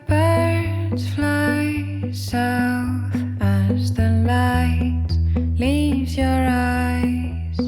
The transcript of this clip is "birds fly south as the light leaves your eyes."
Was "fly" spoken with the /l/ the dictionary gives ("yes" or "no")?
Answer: yes